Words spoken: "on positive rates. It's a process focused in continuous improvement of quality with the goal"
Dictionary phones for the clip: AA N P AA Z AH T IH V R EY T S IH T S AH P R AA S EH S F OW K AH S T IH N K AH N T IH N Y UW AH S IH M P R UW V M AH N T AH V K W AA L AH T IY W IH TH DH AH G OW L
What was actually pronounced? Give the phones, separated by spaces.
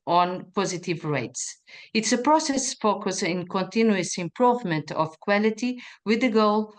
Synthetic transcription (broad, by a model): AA N P AA Z AH T IH V R EY T S IH T S AH P R AA S EH S F OW K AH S IH N K AH N T IH N Y UW AH S IH M P R UW V M AH N T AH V K W AA L AH T IY W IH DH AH G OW L